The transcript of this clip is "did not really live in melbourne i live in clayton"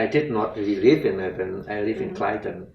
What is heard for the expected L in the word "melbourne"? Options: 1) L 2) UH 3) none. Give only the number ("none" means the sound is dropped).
3